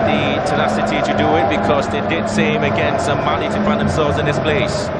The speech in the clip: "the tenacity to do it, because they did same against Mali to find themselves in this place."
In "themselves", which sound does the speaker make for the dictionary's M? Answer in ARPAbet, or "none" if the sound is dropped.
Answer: M